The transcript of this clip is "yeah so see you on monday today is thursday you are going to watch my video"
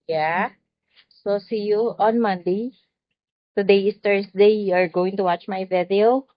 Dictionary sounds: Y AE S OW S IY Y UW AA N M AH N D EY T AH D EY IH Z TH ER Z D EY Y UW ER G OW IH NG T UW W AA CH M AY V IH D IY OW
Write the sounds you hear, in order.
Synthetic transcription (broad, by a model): Y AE S OW S IY Y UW AA N M AH N D EY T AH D EY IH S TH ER S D EY Y UW ER G OW IH NG T UW W AA CH M AY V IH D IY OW